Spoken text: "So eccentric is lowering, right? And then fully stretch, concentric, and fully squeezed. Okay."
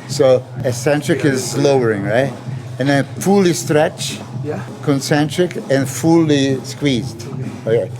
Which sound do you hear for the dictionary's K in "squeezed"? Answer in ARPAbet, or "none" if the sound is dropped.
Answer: K